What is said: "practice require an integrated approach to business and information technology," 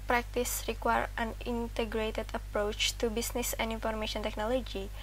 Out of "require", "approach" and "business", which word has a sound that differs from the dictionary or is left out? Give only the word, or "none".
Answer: business